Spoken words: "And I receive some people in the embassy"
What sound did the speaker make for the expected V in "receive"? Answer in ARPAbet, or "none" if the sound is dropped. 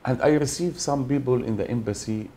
V